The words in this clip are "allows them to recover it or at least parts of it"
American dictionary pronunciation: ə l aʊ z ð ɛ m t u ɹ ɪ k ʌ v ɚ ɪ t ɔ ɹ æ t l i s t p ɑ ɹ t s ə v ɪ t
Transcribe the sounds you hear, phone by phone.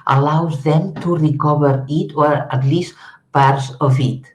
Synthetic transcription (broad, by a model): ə l aʊ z ð ɛ m t u ɹ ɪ k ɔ b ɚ ɪ t ɔ ɹ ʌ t l i s t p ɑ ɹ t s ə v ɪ t